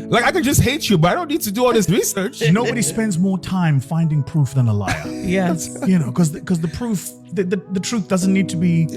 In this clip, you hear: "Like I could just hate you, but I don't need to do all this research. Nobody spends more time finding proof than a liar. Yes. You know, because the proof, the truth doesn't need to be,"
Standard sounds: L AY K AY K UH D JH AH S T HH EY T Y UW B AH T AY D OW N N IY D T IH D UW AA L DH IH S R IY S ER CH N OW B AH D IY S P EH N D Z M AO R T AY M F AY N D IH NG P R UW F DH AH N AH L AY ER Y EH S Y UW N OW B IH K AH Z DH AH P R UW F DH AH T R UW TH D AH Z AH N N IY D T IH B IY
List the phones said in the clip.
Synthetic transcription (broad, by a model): L AY K AY K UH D JH AH S T HH EY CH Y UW B AH T AY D OW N N IY D T IH D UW AA L DH IH S R IY S ER CH N OW B AH D IY S P EH N D Z M AO R T AY M F AY N D IH NG P R UW F DH AH N AH L AY ER Y EH S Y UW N OW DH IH K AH Z DH AH P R UW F DH AH T R UW TH D AH Z AH N N IY D T IH B IY